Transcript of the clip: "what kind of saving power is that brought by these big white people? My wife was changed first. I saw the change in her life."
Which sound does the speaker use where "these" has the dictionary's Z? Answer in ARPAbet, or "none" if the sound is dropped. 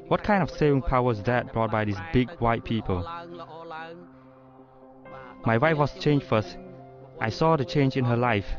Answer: S